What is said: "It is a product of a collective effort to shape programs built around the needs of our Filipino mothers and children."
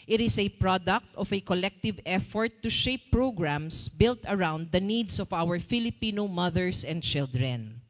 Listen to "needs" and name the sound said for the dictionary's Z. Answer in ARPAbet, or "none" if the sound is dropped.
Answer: S